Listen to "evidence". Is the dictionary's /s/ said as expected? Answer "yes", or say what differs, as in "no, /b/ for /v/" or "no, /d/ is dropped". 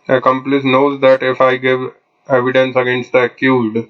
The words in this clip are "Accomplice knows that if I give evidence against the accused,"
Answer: yes